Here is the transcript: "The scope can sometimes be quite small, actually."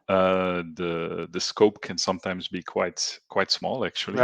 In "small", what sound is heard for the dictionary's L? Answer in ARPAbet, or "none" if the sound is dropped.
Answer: L